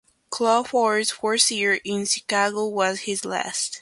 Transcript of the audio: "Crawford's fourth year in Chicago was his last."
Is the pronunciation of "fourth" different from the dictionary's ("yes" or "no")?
yes